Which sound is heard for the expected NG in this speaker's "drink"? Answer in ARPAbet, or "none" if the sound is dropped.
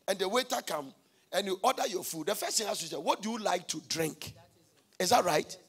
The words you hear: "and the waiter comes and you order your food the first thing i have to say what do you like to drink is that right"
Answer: NG